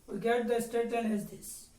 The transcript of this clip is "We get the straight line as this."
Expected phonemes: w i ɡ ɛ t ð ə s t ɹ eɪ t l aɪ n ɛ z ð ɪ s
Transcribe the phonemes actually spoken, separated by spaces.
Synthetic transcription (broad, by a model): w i ɡ ɛ t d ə s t eɪ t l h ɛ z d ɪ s